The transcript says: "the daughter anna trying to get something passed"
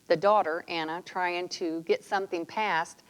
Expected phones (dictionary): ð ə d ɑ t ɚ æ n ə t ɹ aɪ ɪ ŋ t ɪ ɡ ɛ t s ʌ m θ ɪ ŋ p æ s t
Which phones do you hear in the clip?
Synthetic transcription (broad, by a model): ð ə d ɑ t ɚ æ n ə t ɹ aɪ ɪ ŋ t ɪ ɡ ɛ t s ʌ m θ ɪ ŋ p æ s t